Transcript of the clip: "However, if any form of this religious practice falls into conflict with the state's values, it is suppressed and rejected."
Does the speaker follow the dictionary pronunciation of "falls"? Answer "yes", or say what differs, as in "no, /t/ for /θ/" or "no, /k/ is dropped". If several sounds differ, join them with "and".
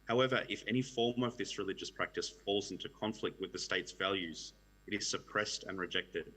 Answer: yes